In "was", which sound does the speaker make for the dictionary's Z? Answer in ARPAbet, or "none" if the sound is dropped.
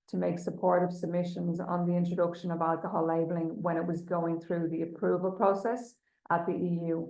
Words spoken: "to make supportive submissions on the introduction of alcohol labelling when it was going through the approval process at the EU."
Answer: Z